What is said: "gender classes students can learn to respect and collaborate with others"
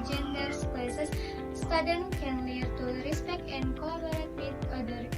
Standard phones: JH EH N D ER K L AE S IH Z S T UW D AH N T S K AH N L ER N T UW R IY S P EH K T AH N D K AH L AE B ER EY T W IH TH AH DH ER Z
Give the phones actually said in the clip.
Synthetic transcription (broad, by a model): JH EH N D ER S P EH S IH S S T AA D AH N K AH N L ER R T UW R IY S P EH K T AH N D K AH AA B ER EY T W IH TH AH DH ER